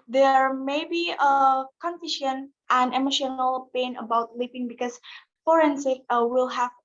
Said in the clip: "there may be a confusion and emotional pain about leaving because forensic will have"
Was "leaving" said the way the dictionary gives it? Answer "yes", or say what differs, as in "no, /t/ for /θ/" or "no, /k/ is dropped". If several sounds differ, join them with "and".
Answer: no, /p/ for /v/